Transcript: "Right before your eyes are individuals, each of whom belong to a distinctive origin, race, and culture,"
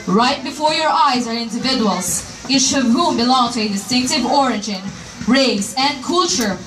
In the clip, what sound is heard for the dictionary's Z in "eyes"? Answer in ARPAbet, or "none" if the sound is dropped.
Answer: Z